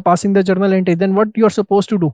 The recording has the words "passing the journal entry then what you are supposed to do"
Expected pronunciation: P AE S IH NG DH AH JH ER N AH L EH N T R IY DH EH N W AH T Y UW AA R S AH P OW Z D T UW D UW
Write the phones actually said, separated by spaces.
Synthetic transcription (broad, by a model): P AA S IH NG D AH JH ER N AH L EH N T IY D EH N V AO T Y UW AA R S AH P OW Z T UW D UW